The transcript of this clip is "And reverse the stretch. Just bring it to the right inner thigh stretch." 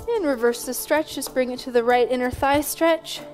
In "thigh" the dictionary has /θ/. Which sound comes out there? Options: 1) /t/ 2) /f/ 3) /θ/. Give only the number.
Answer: 3